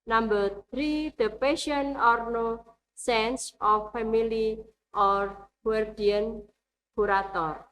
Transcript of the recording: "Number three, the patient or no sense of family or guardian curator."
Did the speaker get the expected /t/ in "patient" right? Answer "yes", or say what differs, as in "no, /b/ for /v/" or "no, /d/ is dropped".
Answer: no, /t/ is dropped